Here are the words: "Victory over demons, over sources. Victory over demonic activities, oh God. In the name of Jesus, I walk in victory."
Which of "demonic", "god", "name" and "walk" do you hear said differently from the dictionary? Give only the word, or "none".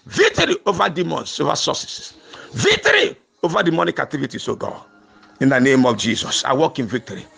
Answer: god